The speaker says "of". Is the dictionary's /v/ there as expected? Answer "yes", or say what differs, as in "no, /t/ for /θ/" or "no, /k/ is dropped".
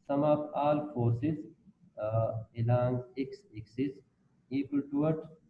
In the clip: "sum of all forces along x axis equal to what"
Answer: no, /p/ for /v/